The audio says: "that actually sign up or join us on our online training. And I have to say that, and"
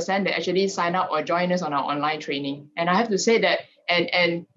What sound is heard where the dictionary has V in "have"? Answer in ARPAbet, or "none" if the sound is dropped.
F